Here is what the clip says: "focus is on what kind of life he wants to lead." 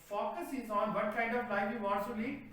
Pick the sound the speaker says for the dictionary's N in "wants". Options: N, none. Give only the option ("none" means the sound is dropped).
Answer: none